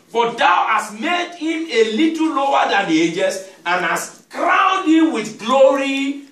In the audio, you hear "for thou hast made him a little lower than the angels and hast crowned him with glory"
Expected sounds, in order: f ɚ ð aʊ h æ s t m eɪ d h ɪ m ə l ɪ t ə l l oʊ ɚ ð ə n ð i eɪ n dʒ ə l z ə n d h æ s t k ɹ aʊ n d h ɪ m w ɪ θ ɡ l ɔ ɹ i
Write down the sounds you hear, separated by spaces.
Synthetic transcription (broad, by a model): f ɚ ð aʊ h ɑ s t m eɪ d h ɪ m ə l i t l l oʊ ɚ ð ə n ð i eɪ dʒ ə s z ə n h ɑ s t k ɹ aʊ n d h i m w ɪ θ ɡ l ɔ ɹ i